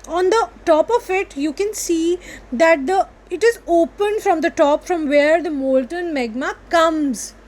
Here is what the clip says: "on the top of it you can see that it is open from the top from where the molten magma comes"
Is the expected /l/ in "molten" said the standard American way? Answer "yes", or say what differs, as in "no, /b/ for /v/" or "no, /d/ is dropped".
yes